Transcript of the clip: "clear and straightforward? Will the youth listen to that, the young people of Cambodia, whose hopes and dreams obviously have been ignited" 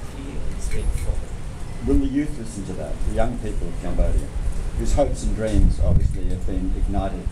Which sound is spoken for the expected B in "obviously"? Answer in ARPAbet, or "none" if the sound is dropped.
B